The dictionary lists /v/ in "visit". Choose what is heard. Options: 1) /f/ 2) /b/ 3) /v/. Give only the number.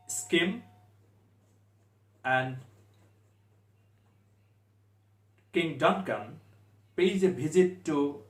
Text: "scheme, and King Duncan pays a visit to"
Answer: 2